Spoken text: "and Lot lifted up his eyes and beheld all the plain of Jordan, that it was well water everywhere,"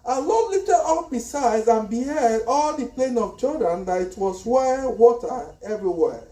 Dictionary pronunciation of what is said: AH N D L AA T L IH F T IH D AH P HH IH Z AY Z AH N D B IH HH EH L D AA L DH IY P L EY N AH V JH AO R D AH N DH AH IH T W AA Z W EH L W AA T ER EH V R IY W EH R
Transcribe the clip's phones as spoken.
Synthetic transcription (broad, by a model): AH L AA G L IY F T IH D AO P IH S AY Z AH N B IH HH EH D AA L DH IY P L EY N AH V CH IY L D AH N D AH IH T W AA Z W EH W AA T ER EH V R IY W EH